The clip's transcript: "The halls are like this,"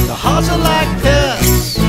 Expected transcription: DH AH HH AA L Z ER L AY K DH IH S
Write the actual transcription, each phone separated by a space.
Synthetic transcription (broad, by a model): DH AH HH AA Z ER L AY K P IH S